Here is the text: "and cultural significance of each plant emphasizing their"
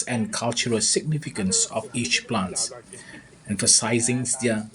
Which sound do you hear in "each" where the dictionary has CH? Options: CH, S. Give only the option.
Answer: CH